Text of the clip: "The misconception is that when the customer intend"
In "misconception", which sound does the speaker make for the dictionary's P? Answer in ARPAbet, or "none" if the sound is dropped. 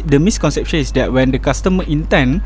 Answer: P